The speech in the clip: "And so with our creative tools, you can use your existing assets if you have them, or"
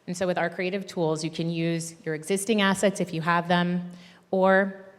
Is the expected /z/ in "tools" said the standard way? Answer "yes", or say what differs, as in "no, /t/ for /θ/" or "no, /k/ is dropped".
yes